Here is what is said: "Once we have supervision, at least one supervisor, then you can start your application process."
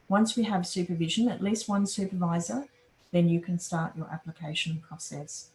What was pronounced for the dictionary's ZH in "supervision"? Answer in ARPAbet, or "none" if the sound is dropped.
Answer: ZH